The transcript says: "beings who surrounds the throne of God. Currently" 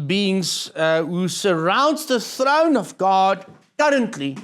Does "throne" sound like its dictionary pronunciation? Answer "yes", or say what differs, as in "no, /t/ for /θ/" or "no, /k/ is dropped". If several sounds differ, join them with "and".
yes